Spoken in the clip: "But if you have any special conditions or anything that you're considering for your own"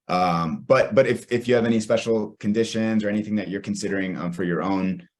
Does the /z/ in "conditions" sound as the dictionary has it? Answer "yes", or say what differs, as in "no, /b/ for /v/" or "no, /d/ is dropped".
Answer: yes